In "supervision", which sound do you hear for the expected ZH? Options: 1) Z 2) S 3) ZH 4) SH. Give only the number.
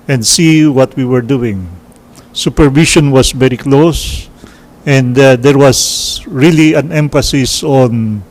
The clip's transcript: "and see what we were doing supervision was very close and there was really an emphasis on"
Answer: 4